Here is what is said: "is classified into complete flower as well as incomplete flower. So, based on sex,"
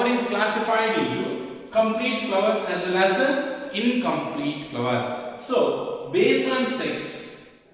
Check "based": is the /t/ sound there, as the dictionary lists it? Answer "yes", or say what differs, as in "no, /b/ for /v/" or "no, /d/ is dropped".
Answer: no, /t/ is dropped